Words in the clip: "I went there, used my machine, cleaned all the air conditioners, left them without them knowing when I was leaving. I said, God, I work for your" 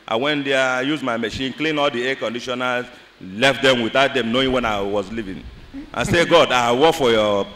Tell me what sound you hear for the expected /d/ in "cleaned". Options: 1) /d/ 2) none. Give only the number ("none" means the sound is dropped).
2